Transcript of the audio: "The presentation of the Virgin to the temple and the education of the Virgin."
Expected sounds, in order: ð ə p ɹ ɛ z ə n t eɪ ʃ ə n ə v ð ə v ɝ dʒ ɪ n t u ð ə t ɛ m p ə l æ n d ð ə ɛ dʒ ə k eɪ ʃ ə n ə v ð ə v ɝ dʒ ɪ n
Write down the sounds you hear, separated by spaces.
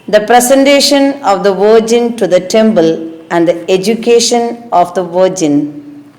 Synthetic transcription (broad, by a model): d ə p ɹ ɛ s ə n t eɪ ʃ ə n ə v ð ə v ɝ dʒ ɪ n t u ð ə t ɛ m b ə l æ n d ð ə ɛ dʒ ə k eɪ ʃ ə n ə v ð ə v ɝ dʒ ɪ n